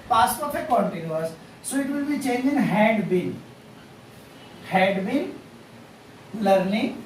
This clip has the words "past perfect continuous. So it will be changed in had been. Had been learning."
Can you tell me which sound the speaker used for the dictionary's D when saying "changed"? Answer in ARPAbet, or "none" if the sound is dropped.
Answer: none